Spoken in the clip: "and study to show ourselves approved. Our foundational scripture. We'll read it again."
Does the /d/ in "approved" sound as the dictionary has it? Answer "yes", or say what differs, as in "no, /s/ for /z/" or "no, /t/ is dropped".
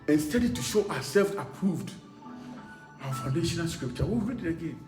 yes